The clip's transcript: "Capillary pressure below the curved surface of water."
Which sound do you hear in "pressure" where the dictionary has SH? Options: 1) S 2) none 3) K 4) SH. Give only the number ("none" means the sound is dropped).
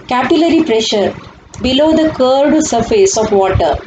4